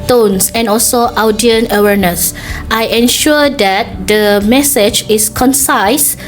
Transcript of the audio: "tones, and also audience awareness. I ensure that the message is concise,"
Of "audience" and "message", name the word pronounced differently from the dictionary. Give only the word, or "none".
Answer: audience